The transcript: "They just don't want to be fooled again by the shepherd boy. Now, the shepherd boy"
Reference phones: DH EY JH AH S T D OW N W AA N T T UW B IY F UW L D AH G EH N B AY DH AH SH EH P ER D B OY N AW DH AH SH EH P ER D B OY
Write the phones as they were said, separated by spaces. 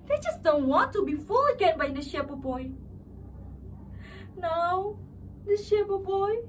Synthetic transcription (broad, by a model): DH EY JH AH S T D OW N W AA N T T UW B IY F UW L AH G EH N B AY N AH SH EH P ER B OY N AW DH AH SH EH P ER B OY